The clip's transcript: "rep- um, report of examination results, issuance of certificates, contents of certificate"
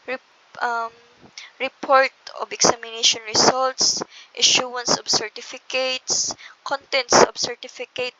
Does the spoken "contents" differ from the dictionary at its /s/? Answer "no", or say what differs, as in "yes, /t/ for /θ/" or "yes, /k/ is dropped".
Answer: no